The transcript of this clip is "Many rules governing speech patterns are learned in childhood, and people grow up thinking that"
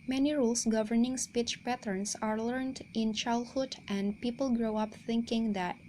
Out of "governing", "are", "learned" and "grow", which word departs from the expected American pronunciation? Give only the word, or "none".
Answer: none